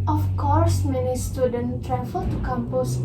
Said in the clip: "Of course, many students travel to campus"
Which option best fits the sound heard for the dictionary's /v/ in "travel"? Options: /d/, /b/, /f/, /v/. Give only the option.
/f/